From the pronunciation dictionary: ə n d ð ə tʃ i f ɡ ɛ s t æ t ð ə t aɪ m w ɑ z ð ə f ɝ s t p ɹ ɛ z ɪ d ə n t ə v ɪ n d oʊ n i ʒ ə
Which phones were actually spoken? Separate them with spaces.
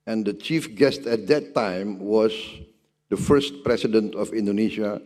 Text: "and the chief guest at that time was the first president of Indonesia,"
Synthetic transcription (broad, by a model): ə n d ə tʃ i f ɡ ɛ s t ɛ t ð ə t aɪ m w ɑ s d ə f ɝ s t p ɹ ɛ s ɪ d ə n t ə f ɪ n d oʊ n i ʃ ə